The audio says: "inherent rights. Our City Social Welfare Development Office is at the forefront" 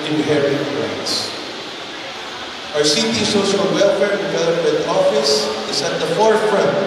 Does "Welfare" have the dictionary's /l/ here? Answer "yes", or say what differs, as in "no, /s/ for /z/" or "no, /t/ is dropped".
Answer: yes